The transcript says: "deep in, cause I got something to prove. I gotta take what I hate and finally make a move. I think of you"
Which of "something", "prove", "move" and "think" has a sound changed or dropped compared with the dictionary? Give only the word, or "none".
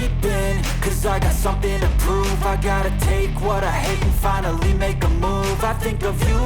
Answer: none